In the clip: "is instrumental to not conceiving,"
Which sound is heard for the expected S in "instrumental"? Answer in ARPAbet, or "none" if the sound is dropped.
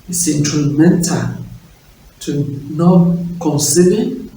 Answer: none